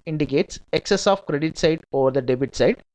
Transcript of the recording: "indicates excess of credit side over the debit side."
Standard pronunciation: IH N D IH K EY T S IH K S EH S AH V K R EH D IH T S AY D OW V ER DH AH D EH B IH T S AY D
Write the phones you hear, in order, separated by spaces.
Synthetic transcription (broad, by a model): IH N D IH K EY T S IH K S EH S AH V K R EH D IH T S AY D OW V ER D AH D EH B IH T S AY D